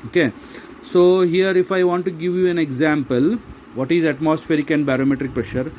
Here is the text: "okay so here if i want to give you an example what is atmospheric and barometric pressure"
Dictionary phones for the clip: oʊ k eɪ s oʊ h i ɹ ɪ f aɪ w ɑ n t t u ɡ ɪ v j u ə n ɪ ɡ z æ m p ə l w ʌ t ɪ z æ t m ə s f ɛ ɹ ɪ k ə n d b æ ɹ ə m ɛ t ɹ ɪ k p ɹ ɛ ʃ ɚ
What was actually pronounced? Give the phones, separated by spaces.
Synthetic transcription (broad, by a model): oʊ k eɪ s oʊ h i ɹ ɪ f aɪ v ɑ n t t u ɡ ɪ v j u ə n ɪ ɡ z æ m p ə l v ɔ t ɪ z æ t m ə s f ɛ ɹ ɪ k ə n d b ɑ ɹ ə m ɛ t ɹ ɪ k p ɹ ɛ ʃ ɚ